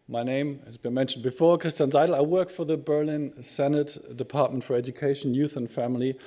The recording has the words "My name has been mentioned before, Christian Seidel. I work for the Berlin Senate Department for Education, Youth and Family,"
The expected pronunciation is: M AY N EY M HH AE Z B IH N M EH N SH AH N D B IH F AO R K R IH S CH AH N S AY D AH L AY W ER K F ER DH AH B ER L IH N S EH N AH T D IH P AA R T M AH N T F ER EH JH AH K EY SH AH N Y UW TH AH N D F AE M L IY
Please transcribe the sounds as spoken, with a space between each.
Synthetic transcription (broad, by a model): M AY N EY M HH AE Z B IH N M EH N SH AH N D B IH F AO R K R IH S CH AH N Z AY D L AY W ER K F ER DH AH B ER L IH N S EH N AH T D IH P AA R T M AH N T F ER EH JH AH K EY SH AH N Y UW TH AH N F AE M L IY